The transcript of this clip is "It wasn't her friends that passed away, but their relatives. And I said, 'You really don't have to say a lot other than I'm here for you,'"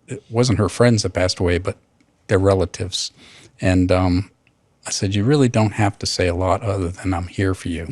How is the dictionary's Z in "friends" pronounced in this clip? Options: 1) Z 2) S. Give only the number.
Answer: 1